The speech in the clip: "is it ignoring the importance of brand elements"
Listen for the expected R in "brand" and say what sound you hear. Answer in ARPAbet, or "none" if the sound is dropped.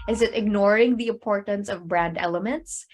R